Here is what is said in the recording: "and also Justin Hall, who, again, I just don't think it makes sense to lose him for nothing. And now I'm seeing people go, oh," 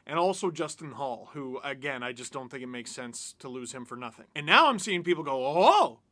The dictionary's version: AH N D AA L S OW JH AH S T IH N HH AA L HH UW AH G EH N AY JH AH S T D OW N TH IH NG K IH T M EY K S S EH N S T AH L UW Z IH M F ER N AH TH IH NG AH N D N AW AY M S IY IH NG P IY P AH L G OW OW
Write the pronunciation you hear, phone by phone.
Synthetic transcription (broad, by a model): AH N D AA L S OW JH AH S T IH N HH AA L HH UW AH G EH N AY JH AH S D OW N TH IH NG K IH T M EY K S S EH N S T AH L UW Z IH M F ER N AH TH IH NG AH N N AW AY M S IY IH NG P IY P L G OW OW